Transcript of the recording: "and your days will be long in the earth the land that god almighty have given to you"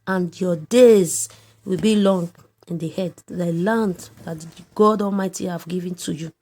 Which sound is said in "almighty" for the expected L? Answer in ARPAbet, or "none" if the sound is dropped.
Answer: L